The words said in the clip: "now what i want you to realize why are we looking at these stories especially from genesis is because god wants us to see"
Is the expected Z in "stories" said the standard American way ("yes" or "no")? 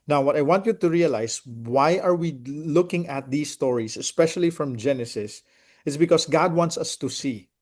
no